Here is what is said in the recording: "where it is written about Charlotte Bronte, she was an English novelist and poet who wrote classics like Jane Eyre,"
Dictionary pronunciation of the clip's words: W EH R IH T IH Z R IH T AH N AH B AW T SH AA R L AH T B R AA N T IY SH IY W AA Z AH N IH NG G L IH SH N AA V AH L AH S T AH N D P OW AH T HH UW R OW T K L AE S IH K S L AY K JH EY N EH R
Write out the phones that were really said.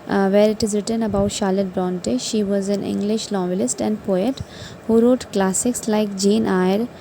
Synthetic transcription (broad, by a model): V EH R IH T IH Z R IH T AH N AH B AW T SH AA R L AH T B R AA N T IY SH IY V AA Z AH N IH NG G L IH SH L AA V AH L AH S T AH N D P OW AH T HH UW R OW T K L AE S IH K S L AY K JH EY N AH R